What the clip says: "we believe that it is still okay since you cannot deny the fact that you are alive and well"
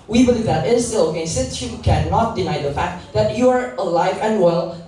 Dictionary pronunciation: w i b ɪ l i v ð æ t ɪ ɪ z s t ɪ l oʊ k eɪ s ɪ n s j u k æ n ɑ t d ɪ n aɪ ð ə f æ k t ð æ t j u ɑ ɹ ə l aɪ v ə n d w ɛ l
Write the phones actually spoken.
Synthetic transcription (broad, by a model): w i b ɪ l i v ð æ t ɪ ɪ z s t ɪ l oʊ k eɪ s ɪ n s j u k æ n ɑ t d ɪ n aɪ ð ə f æ k t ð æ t j u ɑ ɹ ə l aɪ v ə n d w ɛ l